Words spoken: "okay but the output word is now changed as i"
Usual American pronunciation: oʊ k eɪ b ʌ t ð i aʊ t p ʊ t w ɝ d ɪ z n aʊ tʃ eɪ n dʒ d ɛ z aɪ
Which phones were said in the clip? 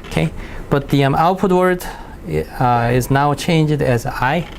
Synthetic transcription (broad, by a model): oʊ k eɪ b ʌ t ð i aʊ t p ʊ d w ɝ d ɪ z n aʊ tʃ eɪ n dʒ d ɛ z aɪ